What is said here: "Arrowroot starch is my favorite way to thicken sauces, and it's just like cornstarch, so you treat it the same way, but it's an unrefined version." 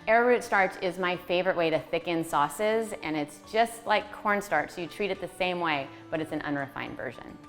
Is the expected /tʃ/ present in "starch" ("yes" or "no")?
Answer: yes